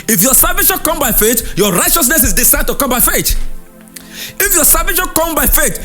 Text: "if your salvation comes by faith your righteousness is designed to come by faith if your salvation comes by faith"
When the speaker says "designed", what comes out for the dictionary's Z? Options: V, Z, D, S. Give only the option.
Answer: S